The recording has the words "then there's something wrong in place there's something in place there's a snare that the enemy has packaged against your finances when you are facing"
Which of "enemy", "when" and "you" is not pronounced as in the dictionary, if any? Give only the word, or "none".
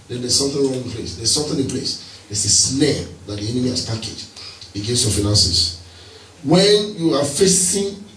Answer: none